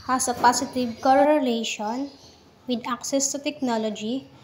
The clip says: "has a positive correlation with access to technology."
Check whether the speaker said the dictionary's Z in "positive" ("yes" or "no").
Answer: no